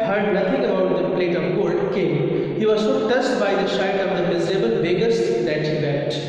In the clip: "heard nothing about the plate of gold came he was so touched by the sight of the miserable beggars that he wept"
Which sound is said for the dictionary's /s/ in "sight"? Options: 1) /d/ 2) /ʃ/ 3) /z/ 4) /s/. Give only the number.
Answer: 2